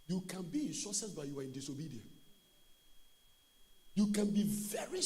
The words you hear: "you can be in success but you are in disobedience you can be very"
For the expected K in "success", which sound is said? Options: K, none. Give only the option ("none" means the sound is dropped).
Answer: none